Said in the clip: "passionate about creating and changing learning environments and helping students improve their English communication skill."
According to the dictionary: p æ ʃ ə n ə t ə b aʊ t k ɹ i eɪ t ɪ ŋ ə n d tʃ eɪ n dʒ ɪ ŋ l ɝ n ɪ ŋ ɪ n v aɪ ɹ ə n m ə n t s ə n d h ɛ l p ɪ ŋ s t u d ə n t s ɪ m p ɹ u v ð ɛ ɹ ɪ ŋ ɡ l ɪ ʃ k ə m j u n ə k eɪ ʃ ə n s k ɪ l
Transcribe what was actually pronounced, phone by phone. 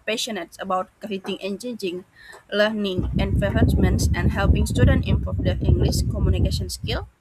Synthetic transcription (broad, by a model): p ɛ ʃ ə n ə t ə b aʊ t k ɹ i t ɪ ŋ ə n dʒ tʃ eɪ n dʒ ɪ ŋ l ɝ n ɪ ŋ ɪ n f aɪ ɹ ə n m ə n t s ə n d h ɛ l p ɪ ŋ s t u d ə n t ɪ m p ɹ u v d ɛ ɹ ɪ ŋ ɡ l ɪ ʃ k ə m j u n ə k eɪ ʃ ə n s k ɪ l